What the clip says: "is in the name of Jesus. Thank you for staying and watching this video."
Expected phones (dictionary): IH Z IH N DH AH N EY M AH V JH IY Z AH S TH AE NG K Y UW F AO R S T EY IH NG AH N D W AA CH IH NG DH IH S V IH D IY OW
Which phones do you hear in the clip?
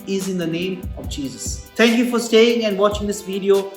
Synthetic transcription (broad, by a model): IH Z IH N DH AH N EY M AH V JH IY Z AH S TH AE NG K Y UW F AO R S T EY IH NG AH N D W AA CH IH NG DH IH S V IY D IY OW